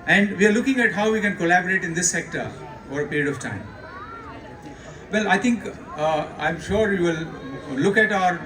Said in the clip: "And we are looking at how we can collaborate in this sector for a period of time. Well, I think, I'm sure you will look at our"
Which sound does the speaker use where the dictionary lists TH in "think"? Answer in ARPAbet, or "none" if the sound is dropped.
T